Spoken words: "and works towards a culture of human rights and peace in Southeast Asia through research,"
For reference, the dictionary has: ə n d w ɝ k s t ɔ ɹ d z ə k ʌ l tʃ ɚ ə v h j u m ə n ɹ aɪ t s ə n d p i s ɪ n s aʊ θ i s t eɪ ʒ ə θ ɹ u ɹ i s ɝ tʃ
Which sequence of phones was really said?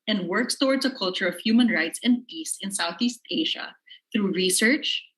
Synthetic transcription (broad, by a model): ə n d w ɝ k s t ɔ ɹ d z ə k ʌ l tʃ ɚ ə v h j u m ə n ɹ aɪ t s ə n d p i s ɪ n s aʊ θ i s t eɪ ʒ ə θ ɹ u ɹ i s ɝ tʃ